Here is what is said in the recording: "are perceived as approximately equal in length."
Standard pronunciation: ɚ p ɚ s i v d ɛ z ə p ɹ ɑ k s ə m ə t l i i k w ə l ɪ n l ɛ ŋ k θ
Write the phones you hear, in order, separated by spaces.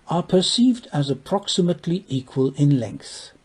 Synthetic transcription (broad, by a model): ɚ p ɚ s i v d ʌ z ə p ɹ ɑ k s ə m ə t l i i k w ə l ɪ n l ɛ ŋ k θ